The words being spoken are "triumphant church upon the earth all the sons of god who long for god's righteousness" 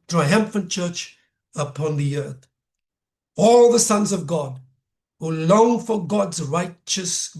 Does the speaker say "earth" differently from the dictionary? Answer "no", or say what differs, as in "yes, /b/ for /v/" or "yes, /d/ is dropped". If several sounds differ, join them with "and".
no